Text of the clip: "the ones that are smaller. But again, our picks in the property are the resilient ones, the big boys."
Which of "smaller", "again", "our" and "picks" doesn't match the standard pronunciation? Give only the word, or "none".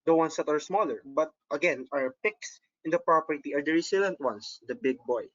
none